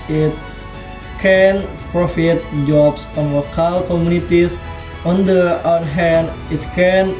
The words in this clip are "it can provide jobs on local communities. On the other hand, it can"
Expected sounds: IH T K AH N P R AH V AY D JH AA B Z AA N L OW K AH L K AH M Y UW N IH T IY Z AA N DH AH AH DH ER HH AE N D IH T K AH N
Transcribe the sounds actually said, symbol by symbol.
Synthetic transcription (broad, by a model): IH T K AH N P R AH F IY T JH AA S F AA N L OW K AH L K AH M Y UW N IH T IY S AA N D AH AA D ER HH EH N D IH T K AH N